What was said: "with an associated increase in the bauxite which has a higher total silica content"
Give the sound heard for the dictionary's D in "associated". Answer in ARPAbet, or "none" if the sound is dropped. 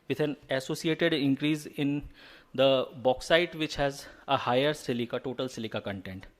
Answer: D